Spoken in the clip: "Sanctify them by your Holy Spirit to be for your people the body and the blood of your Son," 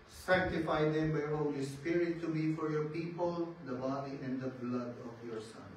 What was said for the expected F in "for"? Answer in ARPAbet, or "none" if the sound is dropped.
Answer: F